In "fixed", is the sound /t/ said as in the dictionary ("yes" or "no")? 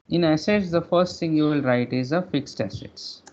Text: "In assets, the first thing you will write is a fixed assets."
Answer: yes